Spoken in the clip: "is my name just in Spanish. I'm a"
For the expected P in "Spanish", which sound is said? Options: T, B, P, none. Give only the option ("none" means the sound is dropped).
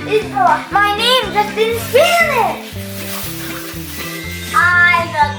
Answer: none